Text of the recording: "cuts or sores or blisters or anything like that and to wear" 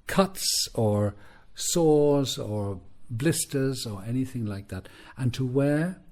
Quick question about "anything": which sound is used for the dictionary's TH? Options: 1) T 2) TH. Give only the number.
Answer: 2